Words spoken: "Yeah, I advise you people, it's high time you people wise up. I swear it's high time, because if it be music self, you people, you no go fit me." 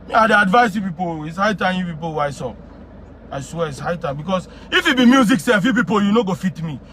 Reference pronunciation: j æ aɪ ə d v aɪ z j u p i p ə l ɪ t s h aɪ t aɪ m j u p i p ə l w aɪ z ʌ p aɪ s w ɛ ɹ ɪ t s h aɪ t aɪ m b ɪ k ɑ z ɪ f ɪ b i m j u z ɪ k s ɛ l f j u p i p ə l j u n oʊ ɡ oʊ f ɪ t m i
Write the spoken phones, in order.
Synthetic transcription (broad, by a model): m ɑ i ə d v aɪ s j u p i p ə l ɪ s h aɪ t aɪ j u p i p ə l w aɪ s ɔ aɪ s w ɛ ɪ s h aɪ t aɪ b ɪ k ɑ s ɪ f ɪ b i m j u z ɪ k s ɛ l f j u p i p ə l j u n oʊ ɡ oʊ f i t m i